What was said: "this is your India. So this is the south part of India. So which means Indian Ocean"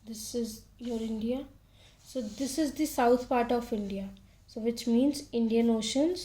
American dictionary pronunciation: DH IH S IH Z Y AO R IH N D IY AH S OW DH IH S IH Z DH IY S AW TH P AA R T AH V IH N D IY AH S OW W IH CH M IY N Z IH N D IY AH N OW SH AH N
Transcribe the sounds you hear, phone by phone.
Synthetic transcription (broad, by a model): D IH S IH Z Y AO R IH N D IY AH S OW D IH S IH Z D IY S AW T P AA R T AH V IH N D IY AH S OW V IH CH M IY N Z IH N D IY AH N OW SH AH N